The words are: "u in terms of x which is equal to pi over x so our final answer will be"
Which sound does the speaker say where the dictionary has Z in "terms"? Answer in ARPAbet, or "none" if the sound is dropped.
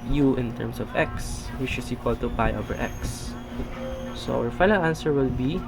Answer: S